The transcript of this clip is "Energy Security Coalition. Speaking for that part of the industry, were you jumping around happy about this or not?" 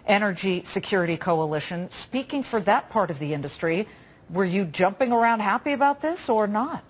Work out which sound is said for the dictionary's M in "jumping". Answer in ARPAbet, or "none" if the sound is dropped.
M